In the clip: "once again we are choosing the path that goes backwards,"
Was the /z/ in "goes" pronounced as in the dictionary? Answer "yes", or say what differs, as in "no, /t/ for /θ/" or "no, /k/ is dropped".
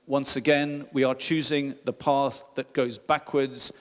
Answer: yes